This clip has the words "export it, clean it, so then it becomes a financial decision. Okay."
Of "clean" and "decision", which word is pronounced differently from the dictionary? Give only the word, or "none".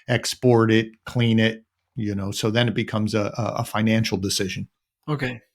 none